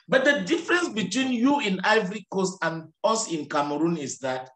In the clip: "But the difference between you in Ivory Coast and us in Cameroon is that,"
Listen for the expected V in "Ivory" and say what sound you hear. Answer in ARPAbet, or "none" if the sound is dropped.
V